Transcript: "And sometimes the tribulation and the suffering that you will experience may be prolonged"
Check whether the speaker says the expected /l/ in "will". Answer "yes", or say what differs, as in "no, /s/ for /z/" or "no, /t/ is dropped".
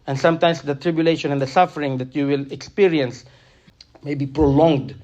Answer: yes